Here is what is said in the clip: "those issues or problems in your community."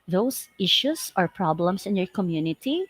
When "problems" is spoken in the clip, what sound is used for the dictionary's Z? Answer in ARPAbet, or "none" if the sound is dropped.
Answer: S